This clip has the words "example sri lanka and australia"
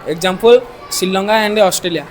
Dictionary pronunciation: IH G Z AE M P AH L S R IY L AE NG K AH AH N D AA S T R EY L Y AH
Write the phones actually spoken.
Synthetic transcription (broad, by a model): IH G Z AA M P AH L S IY L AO NG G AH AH N D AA S T R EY L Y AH